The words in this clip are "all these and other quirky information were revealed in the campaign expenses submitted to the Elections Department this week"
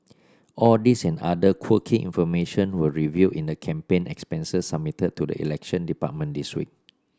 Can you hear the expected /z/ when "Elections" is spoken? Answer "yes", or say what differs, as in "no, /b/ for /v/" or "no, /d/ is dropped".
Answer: no, /z/ is dropped